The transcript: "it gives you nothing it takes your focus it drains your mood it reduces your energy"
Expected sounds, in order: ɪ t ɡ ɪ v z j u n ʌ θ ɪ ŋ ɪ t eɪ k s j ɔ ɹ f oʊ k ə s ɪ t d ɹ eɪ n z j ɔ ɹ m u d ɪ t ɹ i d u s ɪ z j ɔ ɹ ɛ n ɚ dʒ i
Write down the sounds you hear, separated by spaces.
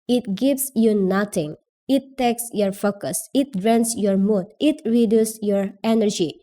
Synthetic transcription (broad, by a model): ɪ t ɡ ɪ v s j u n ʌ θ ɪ ŋ ɪ t eɪ k s j ɔ ɹ f oʊ k ə s ɪ t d ɹ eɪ n s j ɔ ɹ m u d ɪ t ɹ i d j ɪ s j ɔ ɹ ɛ n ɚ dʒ i